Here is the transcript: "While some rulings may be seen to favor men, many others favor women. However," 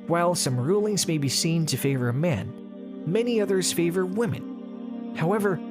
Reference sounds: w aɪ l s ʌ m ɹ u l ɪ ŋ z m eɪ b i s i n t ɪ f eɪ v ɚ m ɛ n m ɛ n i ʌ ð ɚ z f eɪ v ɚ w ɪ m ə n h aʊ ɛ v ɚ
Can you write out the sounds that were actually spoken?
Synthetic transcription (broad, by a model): w aɪ l s ʌ m ɹ u l ɪ ŋ z m eɪ b i s i n t ɪ f eɪ v ɚ m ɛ n m ɛ n i ʌ ð ɚ z f eɪ v ɚ w ɪ m ə n h aʊ ɛ v ɚ